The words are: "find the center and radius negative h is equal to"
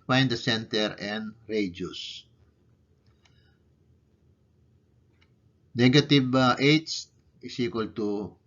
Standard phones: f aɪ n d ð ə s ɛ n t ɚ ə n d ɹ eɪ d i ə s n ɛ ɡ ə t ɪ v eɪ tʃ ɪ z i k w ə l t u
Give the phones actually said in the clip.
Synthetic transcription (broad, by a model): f aɪ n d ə s ɛ n t ɚ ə n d ɹ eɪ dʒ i s n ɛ ɡ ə t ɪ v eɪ s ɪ s i k w ə l t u